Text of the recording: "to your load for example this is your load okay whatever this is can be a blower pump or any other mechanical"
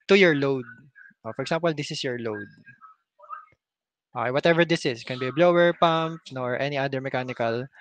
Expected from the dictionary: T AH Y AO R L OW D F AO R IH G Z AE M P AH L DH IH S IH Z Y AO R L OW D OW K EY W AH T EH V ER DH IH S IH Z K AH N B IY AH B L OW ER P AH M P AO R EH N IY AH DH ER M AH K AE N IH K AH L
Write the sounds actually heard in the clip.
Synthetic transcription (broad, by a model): T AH Y AO R L OW D F AO R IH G S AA M P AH L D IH S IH S Y AO R L OW D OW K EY W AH T EH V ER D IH S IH S K AH N B IY AH B L OW ER P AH M P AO R EH N IY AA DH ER M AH K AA N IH K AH L